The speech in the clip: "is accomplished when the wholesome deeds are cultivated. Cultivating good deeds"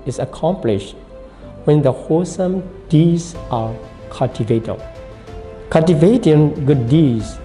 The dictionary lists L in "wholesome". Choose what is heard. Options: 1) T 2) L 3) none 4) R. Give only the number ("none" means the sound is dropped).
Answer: 3